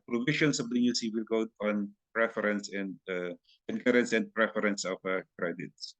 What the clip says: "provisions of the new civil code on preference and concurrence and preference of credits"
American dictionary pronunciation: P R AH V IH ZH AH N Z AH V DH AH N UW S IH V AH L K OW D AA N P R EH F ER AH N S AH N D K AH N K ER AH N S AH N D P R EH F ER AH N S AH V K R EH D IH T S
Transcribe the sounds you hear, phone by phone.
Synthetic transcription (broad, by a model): P R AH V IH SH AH N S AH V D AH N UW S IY W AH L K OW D AA N P R EH F ER AH N S AH N D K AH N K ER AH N S AH N D P R EH F ER AH N S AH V K R EH D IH T S